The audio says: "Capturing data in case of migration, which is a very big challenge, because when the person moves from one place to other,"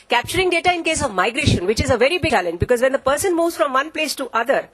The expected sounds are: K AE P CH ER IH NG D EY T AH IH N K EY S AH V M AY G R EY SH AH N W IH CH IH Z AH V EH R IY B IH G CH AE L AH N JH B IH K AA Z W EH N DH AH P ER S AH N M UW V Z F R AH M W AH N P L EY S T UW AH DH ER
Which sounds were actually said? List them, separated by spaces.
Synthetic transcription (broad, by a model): K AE P CH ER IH NG D EY T AH IH N K EY S AH V M AY G R EY SH AH N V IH CH IH Z AH V EH R IY B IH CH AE L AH N JH B IH K AA Z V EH N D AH P ER S AH N M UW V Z F R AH M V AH N P L EY S T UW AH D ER